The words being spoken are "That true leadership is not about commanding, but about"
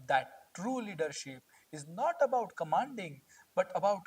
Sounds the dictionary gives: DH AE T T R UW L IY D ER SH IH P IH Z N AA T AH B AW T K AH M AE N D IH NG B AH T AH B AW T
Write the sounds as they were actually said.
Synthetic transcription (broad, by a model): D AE T T R UW L IY D ER SH IH P IH Z N AA T AH B AW T K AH M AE N D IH NG B AH T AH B AW T